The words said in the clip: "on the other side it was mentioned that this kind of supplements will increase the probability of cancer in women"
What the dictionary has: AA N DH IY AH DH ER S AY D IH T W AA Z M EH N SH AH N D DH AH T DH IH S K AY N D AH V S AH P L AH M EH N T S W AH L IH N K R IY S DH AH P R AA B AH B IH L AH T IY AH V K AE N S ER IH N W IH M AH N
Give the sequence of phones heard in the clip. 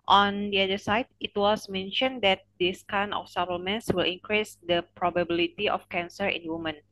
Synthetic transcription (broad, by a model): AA N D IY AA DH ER S AY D IH T W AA S M EH N SH AH N D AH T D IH S K AY N AH F S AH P L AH M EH N S W AH L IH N K R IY S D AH P R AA B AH B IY L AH T IY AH F K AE N S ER IH N W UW M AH N